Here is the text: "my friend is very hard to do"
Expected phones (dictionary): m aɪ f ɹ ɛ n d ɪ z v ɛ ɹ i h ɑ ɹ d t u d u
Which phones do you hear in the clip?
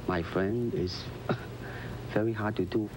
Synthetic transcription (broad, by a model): m aɪ f ɹ ɛ n d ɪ s v ɛ ɹ i h ɑ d t u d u